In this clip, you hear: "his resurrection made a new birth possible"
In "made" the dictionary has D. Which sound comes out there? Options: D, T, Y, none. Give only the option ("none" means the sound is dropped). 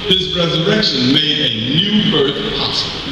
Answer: D